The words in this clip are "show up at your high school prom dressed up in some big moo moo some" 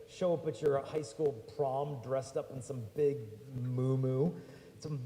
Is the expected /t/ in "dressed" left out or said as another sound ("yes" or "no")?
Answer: no